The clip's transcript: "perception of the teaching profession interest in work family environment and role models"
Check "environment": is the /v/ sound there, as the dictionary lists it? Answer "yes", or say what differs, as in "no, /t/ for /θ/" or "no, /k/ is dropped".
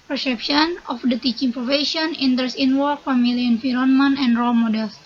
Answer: no, /f/ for /v/